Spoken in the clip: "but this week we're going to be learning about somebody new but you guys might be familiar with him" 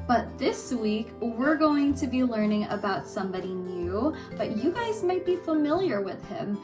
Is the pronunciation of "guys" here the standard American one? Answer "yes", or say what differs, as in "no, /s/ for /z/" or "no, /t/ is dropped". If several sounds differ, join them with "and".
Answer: yes